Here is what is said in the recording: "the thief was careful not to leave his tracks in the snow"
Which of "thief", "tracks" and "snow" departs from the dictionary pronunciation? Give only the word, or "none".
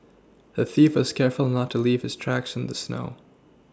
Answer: none